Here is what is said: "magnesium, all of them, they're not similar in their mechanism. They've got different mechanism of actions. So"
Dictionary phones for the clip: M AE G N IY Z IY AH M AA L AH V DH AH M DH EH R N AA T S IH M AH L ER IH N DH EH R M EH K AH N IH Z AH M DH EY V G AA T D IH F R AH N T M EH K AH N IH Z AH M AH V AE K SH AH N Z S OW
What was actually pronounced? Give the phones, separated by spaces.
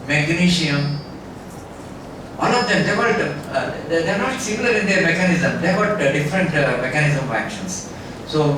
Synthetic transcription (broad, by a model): M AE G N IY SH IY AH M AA N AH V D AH M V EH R N AA T S IH M AH L ER IH N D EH R M EH K AH N IH Z AH M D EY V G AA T D IH F R AH N T M EH K AH N IH Z AH M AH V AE K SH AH N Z S OW